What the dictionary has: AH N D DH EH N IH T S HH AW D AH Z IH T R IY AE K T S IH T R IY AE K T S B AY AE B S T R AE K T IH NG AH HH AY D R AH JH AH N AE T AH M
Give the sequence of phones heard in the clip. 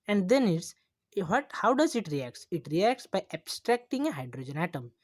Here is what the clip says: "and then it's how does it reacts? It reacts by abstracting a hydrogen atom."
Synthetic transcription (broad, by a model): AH N D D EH N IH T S HH AW D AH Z IH T R IY AE K T S IH T R IY AE K T S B AY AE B S T R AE K T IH NG AH HH AY D R AH JH AH N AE T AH M